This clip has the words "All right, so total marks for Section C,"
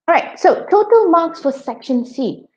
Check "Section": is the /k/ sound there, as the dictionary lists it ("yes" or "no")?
yes